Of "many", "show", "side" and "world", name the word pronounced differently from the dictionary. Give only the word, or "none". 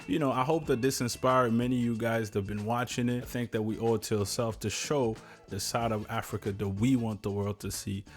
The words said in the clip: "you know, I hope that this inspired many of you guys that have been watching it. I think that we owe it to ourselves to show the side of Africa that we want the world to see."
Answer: none